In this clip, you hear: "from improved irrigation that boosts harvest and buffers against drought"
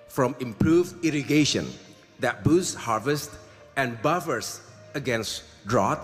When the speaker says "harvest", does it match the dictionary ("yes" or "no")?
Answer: yes